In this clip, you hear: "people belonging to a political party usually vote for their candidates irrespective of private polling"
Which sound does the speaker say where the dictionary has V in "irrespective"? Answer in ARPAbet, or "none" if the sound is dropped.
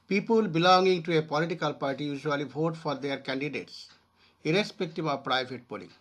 B